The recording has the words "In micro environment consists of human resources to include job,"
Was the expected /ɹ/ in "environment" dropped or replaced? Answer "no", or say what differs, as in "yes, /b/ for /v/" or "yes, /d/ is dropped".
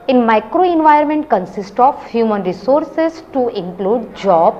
yes, /ɹ/ is dropped